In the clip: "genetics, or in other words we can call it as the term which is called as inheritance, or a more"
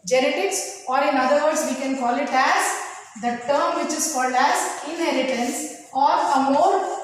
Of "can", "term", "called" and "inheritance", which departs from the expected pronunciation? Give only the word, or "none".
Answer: none